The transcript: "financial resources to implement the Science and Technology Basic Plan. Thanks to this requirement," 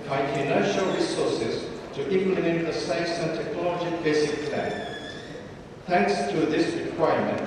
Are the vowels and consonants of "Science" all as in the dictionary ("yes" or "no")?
no